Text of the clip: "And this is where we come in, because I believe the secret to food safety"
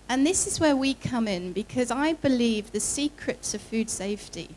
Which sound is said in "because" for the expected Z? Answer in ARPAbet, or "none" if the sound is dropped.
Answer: Z